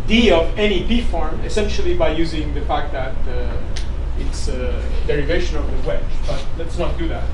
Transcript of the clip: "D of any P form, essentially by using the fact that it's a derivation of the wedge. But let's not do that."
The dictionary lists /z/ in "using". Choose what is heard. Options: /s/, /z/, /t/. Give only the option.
/z/